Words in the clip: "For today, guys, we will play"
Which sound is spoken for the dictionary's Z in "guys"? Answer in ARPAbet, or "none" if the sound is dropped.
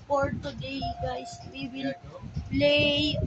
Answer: S